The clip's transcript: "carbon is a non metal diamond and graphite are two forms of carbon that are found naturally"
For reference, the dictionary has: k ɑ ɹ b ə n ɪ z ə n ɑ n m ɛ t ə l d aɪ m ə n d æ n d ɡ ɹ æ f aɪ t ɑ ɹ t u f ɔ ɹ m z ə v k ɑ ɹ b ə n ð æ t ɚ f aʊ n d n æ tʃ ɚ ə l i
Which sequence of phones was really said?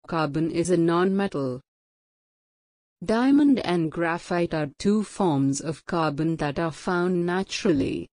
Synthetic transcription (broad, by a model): k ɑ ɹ b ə n ɪ z ə n ɑ n m ɛ t ə l d aɪ m ə n d æ n d ɡ ɹ æ f aɪ t ɑ ɹ t u f ɔ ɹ m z ə v k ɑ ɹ b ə n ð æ t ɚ f aʊ n d n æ tʃ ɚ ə l i